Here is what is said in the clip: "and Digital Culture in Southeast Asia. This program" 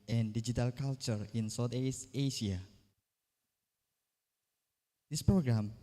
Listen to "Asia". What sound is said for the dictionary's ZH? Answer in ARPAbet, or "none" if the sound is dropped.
SH